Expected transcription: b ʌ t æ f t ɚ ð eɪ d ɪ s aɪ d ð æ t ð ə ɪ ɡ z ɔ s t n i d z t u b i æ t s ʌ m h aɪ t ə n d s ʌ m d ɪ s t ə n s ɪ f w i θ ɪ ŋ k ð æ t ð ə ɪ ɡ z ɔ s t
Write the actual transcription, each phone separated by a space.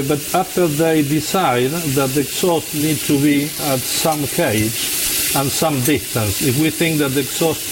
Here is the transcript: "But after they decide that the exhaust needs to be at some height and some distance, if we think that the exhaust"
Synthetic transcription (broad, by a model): b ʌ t æ f t ɚ ð eɪ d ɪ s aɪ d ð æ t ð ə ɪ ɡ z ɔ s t n i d t u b i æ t s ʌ m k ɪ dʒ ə n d s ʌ m d ɪ s t ə n s ɪ f w i θ ɪ ŋ k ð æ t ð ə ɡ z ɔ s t